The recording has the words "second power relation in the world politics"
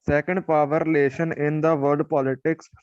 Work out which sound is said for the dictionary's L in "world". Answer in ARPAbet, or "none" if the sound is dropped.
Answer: none